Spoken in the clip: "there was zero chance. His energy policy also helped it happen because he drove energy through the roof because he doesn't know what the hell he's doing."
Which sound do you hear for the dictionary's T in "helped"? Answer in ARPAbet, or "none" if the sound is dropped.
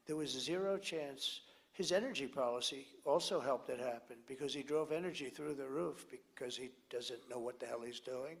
T